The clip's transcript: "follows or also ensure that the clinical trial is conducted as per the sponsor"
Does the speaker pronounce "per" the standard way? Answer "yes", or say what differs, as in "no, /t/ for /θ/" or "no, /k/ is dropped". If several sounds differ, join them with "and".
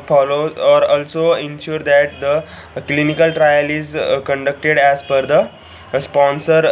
no, /f/ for /p/